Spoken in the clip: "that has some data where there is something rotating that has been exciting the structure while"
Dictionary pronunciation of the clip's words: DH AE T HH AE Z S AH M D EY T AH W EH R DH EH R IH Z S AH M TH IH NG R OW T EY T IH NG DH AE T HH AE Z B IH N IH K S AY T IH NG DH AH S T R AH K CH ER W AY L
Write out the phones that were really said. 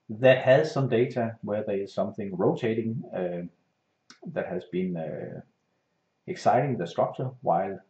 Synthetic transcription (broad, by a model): DH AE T HH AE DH S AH M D EY S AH W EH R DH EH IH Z S AH M TH IH NG R OW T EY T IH NG DH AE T HH AE Z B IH N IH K S AY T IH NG DH AH S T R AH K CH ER W AY L